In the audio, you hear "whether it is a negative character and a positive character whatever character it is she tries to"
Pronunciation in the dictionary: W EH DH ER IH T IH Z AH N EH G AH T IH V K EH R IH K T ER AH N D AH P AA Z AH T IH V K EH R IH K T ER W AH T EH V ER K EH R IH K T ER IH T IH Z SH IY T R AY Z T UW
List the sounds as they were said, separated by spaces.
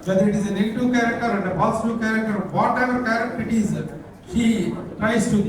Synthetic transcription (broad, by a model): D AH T IH T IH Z AH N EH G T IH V K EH R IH K T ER AH N D AH B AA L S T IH K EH R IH K T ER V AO T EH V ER K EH R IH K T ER IH T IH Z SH IY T R AY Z T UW